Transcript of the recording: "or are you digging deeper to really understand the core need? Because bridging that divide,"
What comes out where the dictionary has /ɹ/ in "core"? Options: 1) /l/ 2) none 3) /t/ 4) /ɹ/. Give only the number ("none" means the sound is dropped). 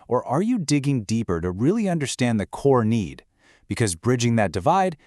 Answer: 4